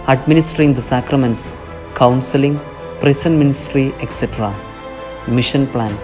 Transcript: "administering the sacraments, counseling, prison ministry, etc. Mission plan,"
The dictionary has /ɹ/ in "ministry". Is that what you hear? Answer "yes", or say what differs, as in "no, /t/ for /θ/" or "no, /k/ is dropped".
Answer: yes